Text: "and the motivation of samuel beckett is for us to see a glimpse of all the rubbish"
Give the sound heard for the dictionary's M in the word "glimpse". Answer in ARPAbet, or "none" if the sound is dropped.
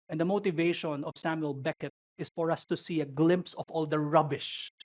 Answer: M